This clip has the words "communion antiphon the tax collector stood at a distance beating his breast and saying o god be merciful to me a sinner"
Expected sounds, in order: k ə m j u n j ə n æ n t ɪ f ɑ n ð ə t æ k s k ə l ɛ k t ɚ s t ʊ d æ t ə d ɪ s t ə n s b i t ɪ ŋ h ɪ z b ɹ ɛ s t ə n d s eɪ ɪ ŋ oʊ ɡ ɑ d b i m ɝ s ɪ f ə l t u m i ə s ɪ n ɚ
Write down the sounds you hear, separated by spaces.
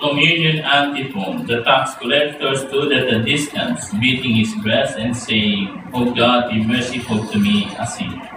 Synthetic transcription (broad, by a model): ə m j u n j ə n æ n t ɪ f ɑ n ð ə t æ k s k ə l ɛ k t ɚ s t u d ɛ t ə d ɪ s t ə n s b i t ɪ ŋ h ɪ s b ɹ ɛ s ə n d s eɪ ɪ ŋ oʊ ɡ ɑ d b i m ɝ s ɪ f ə l t u m i ə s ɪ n